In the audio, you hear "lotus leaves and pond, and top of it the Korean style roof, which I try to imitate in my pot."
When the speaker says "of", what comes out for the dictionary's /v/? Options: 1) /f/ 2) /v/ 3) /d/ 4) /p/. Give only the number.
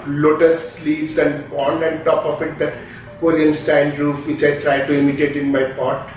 1